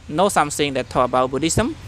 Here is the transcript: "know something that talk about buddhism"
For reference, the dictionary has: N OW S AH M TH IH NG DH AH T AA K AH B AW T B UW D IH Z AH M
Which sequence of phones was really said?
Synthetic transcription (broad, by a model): N OW S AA M S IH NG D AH T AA AH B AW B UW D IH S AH M